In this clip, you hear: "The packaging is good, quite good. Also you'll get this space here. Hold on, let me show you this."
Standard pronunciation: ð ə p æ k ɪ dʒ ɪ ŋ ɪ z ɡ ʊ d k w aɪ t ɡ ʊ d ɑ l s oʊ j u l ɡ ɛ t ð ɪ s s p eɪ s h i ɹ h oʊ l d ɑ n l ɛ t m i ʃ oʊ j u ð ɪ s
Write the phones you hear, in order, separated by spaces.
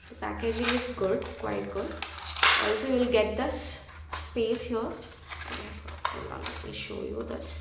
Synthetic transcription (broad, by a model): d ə p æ k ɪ dʒ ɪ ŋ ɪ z ɡ ʊ d k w aɪ t ɡ ʊ d ɑ l s oʊ j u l ɡ ɛ t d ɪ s s p eɪ s h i ɹ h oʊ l ɑ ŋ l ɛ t m i ʃ oʊ j u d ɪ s